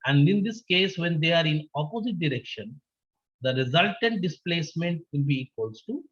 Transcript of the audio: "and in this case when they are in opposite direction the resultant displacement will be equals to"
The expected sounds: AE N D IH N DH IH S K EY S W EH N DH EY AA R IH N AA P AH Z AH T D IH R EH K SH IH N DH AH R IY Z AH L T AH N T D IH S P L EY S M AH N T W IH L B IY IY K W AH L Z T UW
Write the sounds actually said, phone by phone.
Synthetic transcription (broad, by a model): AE N D IH N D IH S K EY S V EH N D EY AA R IH N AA P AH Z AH T D IH R EH K SH IH N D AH R IY Z AH L T AH N T D IH S P L EY S M AH N T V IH L B IY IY K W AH L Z T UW